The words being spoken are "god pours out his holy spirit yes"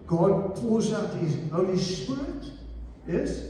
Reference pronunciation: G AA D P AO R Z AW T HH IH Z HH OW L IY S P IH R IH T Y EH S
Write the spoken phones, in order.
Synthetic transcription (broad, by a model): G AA D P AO L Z AW T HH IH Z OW IY S P IH R IH T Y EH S